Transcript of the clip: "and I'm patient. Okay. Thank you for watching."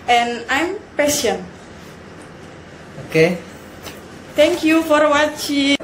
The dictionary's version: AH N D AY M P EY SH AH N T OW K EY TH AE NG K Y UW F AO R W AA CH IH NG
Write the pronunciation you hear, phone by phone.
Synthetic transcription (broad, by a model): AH N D AY M P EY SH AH N OW K EY T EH NG K Y UW F AO R W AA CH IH